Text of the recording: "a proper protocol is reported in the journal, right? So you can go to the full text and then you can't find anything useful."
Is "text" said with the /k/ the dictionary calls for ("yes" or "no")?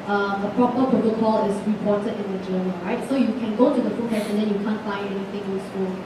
no